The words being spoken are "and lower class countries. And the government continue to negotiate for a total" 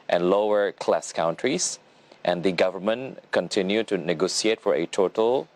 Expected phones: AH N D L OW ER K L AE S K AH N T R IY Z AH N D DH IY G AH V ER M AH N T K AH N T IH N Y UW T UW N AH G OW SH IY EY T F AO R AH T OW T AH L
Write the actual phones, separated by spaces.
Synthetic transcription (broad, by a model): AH N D L OW ER K L AE S K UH N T R IY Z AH N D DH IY G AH V ER M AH N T K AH N T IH N Y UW T UW N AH G OW S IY EY T F AO R AH T OW T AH L